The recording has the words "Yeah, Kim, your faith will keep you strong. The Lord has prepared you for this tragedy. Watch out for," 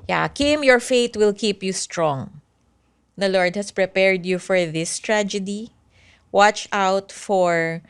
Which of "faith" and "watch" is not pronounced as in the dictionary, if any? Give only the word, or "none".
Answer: faith